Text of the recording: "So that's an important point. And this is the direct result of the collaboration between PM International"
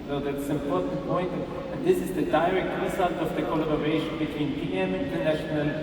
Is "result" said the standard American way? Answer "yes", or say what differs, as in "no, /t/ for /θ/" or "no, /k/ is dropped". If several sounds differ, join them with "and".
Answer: no, /s/ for /z/